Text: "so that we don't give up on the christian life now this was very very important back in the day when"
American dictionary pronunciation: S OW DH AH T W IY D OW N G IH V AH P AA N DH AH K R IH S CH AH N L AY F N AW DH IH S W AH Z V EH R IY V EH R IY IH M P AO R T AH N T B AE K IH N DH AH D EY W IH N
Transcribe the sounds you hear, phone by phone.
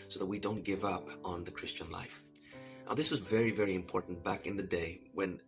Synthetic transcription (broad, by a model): S OW DH AH T W IY D OW N G IH V AH P N DH AH K R IH S CH AH N L AY F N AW DH IH S W AH Z V EH R IY V EH R IY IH M P AO R T N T B AE K IH N DH AH D EY W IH N